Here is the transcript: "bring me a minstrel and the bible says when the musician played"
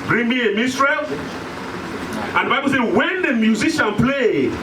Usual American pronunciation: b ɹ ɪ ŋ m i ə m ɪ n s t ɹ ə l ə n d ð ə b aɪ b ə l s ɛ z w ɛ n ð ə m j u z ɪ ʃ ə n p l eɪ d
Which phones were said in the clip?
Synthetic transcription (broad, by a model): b ɹ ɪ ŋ m i ə m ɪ s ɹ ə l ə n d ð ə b aɪ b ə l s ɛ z w ɛ n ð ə m j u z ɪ ʃ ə n p l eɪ